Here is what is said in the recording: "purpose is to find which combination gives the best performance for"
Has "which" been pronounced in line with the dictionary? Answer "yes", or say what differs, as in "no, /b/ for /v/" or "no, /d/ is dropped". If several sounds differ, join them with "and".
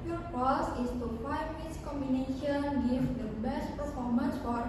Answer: no, /s/ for /tʃ/